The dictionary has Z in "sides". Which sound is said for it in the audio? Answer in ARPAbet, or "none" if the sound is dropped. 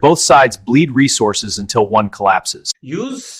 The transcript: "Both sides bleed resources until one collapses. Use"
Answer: Z